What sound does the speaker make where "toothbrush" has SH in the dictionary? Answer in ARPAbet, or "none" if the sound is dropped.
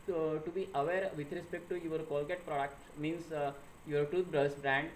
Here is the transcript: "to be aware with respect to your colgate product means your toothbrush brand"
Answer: S